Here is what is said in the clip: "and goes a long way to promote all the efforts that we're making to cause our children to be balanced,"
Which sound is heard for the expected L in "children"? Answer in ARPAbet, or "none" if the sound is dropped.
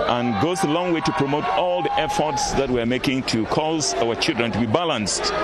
L